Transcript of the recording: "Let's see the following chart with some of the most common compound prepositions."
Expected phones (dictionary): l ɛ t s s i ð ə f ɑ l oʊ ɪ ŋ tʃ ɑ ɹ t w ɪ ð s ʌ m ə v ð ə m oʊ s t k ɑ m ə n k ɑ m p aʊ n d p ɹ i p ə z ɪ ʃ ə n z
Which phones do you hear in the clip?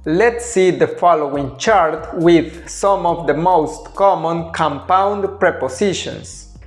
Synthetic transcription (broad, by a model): l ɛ t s s i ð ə f ɑ l oʊ ɪ ŋ tʃ ɑ ɹ t w ɪ ð s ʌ m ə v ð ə m oʊ s t k ɑ m ə n k ɑ m p aʊ n d p ɹ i p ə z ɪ ʃ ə n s